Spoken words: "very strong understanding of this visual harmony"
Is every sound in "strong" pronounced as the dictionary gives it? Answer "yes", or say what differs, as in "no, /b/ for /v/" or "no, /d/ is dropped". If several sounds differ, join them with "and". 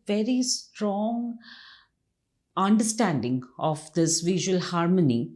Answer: yes